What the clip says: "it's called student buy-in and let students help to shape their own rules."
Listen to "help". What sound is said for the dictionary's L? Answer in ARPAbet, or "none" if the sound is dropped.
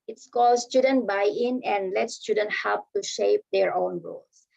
none